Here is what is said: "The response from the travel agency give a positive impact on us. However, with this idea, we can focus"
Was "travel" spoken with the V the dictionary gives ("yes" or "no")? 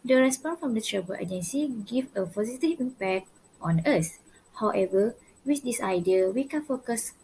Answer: no